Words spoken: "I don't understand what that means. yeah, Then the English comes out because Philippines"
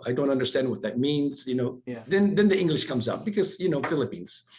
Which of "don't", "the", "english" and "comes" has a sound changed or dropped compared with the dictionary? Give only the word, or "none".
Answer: none